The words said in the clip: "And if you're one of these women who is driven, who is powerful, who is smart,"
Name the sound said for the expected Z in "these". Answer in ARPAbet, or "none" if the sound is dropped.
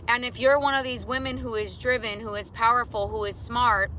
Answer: Z